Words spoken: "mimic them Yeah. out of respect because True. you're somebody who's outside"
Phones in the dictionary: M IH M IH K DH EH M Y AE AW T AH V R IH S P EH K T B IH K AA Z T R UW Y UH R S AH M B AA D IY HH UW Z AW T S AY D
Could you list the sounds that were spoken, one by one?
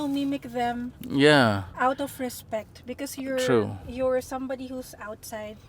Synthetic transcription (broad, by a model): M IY M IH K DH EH M Y AE AW T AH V R IH S P EH K T B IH K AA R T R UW Y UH R S AH M B AA D IY HH UW S AW T S AY D